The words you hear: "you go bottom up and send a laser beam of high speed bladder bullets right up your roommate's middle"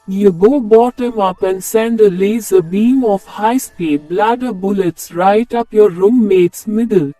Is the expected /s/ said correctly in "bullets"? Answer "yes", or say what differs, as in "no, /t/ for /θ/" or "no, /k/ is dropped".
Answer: yes